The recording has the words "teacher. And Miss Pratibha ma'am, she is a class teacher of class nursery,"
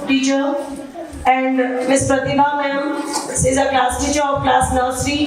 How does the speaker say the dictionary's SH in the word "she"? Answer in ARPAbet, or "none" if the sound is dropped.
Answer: S